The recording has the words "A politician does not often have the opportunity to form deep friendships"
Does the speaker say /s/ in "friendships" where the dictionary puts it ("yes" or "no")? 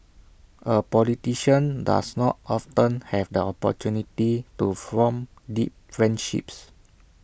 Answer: yes